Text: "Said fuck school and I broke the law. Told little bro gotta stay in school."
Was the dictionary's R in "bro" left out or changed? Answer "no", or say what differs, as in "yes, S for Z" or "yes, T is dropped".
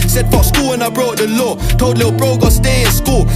no